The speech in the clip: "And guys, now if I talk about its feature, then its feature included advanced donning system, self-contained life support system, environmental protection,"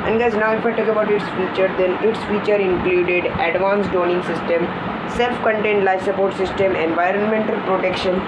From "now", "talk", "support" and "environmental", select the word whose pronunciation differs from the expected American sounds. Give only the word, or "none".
none